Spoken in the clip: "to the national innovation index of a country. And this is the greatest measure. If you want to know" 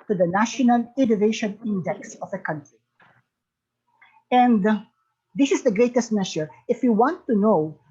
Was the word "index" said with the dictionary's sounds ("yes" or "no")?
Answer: yes